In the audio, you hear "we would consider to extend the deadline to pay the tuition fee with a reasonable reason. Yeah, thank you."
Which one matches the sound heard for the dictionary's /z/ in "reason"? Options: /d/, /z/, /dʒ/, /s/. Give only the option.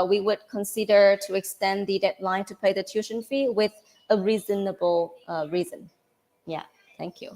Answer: /z/